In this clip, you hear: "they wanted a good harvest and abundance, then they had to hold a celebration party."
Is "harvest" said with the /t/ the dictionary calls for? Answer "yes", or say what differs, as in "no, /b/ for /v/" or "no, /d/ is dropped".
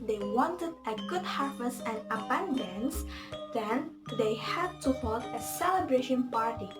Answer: no, /t/ is dropped